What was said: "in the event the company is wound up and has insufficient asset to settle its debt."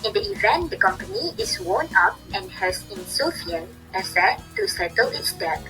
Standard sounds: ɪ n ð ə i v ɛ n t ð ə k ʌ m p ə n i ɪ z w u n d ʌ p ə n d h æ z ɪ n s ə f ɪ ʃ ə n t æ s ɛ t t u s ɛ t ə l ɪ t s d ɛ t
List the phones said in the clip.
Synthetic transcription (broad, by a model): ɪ n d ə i v ɛ n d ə k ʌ m p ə n i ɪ s w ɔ n ʌ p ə n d h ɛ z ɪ n s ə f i ə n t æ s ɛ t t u s ɛ t ə l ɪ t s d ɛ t